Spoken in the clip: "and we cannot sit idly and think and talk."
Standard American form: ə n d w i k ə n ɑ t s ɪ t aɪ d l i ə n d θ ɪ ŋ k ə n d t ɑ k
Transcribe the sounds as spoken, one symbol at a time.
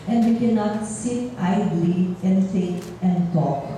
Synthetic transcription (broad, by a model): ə n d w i k ə n ɑ t s ɪ t aɪ d l i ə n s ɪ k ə n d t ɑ k